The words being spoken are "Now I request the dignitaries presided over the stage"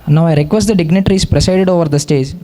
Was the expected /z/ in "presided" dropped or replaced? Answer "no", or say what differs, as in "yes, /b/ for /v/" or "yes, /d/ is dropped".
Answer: yes, /s/ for /z/